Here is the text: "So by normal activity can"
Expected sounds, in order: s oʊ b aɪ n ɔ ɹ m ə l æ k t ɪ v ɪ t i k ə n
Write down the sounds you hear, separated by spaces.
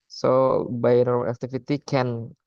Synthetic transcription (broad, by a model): s oʊ b aɪ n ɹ ə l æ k t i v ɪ t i k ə n